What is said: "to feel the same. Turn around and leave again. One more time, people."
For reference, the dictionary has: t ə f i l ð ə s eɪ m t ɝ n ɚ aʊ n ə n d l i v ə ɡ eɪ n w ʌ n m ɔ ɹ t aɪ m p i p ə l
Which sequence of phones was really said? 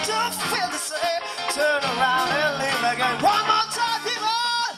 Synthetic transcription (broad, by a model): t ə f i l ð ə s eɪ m t ɝ n ɚ aʊ n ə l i ə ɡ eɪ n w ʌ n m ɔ t aɪ m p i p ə